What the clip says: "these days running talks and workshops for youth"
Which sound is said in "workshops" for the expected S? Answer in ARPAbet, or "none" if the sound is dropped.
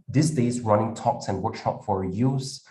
none